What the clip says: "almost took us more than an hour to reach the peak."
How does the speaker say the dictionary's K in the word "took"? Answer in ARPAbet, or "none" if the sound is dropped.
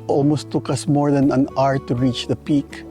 K